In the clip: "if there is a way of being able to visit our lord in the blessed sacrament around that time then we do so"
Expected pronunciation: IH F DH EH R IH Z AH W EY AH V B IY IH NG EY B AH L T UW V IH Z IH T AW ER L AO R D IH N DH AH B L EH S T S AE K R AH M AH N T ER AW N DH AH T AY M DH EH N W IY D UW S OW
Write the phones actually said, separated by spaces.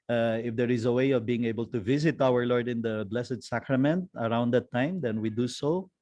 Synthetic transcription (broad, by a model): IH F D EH R IH Z AH W EY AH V B IY IH NG EY B AH L T UW V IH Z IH T AW ER L AO R D IH N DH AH B L EH S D S AE K R AH M AH N T ER AW N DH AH T AY M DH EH N W IY D UW S OW